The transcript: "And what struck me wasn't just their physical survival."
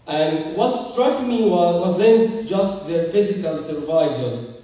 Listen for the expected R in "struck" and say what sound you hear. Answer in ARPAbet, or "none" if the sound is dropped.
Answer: R